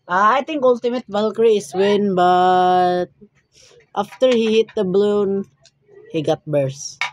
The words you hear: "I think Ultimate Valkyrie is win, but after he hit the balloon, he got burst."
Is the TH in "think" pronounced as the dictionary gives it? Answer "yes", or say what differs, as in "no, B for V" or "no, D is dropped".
no, T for TH